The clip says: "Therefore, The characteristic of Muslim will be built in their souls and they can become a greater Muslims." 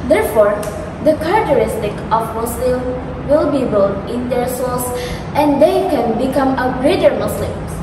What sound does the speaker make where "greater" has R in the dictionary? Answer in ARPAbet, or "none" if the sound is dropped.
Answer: R